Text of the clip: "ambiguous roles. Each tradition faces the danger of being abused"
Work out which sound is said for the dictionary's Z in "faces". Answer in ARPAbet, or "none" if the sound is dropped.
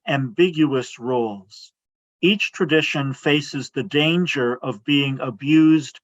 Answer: Z